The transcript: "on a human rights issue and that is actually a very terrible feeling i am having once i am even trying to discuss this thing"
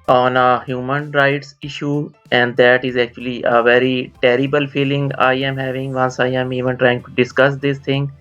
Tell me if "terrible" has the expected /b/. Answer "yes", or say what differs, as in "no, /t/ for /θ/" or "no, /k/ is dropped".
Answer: yes